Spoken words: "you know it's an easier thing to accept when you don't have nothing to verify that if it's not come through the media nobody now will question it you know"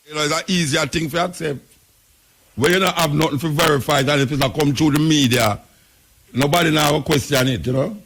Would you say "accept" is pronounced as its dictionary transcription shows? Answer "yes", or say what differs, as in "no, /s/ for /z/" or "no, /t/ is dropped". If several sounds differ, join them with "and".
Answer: yes